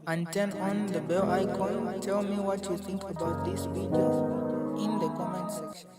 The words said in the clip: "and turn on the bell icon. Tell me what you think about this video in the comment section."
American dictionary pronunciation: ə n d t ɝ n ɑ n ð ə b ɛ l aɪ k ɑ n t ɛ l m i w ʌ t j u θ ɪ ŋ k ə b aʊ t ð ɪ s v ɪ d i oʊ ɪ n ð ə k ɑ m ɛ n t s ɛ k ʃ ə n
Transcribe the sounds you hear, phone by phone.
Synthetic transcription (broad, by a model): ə n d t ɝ n ɑ n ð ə b ɛ l aɪ k ɑ n t ɛ l m i w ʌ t j u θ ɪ ŋ k ə b aʊ t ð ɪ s p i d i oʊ ɪ n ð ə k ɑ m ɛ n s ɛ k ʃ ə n